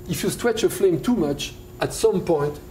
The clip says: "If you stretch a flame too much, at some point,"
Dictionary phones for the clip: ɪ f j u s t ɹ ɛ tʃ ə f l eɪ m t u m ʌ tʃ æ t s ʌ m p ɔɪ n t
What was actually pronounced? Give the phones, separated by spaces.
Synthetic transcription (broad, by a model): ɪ f j u s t w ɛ tʃ ə f l eɪ m t u m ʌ tʃ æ t s ʌ m p ɔɪ n t